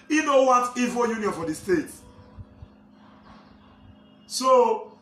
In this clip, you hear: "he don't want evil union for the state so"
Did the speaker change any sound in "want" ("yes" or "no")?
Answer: yes